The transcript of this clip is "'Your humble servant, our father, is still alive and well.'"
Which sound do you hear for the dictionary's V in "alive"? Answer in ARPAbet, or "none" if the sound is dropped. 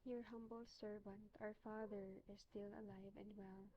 V